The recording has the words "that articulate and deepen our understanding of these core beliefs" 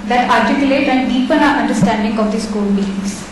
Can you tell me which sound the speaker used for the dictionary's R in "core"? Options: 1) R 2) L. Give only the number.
2